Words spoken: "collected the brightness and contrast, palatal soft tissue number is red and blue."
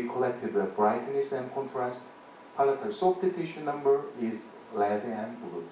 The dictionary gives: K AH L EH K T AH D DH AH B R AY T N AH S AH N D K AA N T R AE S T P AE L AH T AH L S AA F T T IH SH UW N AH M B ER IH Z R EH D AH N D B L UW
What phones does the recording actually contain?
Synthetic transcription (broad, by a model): K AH L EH K T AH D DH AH B R AY T N AH S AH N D K AA N T R AE S T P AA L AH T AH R S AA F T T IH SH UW N AH M B ER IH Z L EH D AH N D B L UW